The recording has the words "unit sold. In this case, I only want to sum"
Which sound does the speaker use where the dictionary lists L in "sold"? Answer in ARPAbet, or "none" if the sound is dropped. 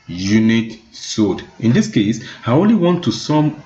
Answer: none